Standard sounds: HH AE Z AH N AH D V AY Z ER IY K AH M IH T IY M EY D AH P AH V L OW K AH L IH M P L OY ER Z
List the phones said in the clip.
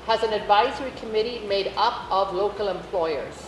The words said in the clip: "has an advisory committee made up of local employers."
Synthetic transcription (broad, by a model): HH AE Z AH N AH D V AY Z ER IY K AH M IH T IY M EY D AH P AH V L OW K AH L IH M P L OY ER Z